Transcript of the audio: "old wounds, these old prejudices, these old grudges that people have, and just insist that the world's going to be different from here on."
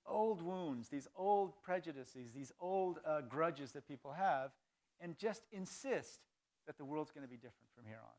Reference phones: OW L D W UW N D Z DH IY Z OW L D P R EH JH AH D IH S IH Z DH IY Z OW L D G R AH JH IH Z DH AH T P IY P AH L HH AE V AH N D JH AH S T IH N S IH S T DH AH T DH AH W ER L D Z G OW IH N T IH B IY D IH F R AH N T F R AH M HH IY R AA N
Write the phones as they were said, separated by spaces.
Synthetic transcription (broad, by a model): OW L D W UW N D Z DH IY Z OW L D P R EH JH AH D IH S IH Z DH IY Z OW L D G R AH JH IH Z DH AH T P IY P L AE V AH N JH AH S T IH N S IH S T DH AH T DH AH W ER L D Z G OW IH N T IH B IY D IH F R AH N T F R AH M HH IY R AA N